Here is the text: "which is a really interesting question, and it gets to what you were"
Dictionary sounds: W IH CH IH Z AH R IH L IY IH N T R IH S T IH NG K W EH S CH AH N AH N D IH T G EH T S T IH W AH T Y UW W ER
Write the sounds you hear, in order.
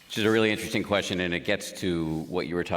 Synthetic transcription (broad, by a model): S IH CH IH Z AH R IH L IY IH N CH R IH S T IH NG K W EH S CH AH N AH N IH T G EH T S T IH W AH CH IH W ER